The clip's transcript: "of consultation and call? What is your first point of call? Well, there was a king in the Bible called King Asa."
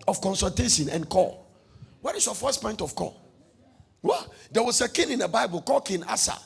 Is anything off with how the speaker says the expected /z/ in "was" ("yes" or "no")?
yes